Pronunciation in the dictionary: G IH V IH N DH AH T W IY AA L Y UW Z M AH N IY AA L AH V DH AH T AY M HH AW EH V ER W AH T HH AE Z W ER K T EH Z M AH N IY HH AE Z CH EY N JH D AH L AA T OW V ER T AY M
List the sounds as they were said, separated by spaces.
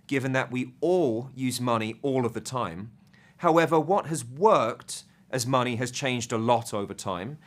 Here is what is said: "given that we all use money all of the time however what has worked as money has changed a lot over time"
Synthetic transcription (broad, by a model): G IH V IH N DH AH T W IY AA L Y UW Z M AH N IY AA L AH V DH AH T AY M HH AW EH V ER W AH T HH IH Z W ER K T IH Z M AH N IY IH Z CH EY N JH D AH L AA T OW V ER T AY M